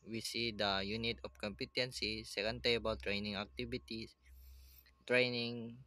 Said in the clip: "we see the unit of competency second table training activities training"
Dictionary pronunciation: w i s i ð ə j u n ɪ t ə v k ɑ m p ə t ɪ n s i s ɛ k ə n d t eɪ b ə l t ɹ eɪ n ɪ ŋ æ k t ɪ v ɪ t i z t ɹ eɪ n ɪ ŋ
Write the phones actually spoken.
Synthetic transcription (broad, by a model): w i s i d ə j u n ɪ t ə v k ɑ m p ə t ɪ n s i s ɛ k ə n d t eɪ b ə l t ɹ eɪ n ɪ ŋ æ k t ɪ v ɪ t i s t ɹ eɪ n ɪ ŋ